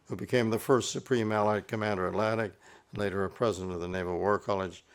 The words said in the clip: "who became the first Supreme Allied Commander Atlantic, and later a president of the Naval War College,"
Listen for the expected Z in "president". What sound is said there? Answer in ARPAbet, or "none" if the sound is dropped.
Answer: Z